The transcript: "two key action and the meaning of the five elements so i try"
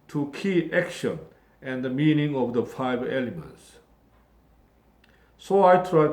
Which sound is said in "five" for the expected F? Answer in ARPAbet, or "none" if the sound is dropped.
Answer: F